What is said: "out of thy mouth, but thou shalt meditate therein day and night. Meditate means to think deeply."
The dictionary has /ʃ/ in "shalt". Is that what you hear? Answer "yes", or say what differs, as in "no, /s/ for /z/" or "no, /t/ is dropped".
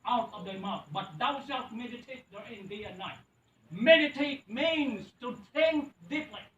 no, /s/ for /ʃ/